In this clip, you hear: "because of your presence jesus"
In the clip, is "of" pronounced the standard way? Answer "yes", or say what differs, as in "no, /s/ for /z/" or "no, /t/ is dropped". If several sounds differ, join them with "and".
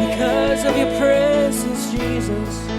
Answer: yes